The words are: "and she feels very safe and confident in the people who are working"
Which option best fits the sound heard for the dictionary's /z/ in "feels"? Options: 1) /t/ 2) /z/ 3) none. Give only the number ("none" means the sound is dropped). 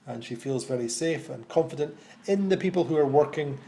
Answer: 2